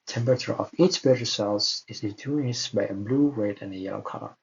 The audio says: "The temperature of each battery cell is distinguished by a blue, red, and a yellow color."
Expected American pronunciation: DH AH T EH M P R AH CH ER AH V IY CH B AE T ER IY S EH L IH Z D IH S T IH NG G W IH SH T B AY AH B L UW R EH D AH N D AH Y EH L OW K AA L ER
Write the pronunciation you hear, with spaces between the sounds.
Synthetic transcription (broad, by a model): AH T EH M P R AH CH ER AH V IY CH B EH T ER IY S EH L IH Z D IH T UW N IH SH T B AY AH B L UW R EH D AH N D AH Y EH L OW K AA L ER